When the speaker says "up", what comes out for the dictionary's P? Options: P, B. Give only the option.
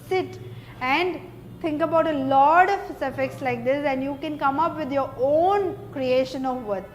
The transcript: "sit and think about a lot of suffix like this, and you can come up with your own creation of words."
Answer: P